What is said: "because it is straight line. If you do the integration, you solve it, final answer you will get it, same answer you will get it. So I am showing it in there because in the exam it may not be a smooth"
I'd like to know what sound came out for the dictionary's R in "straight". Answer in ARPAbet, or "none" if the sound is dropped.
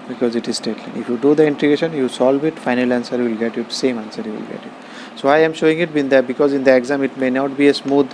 none